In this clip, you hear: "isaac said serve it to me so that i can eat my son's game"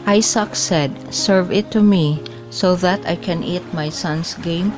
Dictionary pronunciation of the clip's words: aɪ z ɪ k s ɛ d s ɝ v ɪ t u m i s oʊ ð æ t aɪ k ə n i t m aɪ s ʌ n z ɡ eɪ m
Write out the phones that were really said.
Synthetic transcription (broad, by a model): aɪ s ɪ k s ɛ d s ɝ v ɪ t u m i s oʊ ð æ t aɪ k ə n i t m aɪ s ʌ n s ɡ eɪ m